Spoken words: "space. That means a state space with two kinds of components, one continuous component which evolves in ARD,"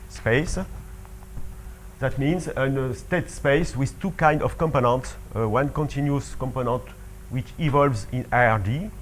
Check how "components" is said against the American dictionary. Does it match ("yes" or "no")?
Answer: yes